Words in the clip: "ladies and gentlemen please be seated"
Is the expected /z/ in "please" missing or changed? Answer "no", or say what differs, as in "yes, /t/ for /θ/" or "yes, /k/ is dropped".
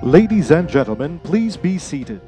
no